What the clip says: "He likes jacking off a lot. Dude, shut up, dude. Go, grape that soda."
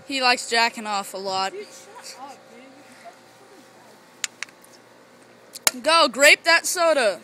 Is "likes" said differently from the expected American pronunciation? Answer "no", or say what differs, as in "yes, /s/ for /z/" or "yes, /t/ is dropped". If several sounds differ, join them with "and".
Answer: no